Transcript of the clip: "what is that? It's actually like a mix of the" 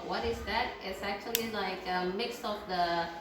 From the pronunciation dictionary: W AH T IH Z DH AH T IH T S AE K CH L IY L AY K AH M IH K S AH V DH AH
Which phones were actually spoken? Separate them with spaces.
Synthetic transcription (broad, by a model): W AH T IH Z DH AH T IH T S AE K CH L IY L AY K AH M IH K S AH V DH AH